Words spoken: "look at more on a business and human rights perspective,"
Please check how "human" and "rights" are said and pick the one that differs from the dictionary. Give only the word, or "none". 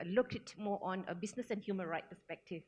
rights